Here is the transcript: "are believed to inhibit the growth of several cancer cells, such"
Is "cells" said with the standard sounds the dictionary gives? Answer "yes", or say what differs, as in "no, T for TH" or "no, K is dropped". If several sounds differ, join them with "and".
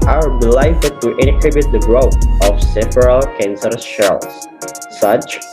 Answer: no, SH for S